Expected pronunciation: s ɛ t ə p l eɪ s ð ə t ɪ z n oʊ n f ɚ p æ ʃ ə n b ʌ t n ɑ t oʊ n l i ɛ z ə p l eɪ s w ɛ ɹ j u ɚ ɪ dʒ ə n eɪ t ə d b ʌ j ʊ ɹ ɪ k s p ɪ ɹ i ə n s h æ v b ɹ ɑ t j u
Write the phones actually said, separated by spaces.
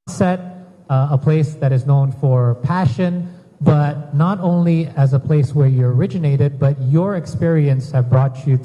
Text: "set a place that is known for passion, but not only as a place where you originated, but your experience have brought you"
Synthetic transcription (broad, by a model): s ɛ t ə p l eɪ s ð ə t ɪ z n oʊ n f ɚ p æ ʃ ə n b ʌ t n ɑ t oʊ n l i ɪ z ə p l eɪ s w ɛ ɹ j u ɚ ɪ dʒ ə n eɪ t ə d b ʌ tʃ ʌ ɹ ɪ k s p ɪ ɹ i ə n s h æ v b ɹ ɑ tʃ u